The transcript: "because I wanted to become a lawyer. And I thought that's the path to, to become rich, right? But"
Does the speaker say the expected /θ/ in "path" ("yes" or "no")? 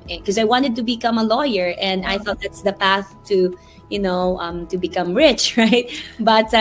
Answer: yes